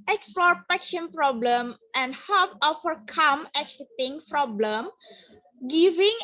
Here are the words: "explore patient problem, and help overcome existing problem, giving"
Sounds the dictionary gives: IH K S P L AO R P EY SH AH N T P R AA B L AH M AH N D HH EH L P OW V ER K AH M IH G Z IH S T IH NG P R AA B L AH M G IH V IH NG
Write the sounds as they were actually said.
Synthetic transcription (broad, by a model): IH K S P L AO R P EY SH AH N P R AA B L AH M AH N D HH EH P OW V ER K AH M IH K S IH T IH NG P R AA B L AH M G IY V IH NG